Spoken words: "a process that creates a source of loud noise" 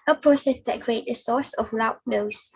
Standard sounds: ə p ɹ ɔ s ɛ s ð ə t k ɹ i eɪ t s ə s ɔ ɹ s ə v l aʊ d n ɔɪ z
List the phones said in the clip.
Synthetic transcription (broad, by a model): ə p ɹ ɔ s ɛ s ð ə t k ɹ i eɪ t ə s ɔ s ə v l aʊ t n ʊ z